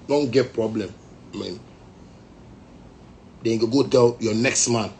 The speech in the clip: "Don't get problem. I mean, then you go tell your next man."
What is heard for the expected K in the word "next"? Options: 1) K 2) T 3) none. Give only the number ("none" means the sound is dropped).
1